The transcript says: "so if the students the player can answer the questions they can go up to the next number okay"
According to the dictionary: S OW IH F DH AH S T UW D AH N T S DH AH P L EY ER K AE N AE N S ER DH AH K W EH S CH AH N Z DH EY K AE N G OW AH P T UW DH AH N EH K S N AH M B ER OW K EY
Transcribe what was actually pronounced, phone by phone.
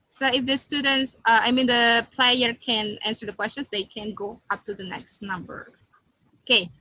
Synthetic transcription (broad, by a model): S OW IH F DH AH S T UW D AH N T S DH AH P L EY ER K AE N AE N S ER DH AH K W EH S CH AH N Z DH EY K AE N G OW AH P T UW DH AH N EH K S N AH M B ER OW K EY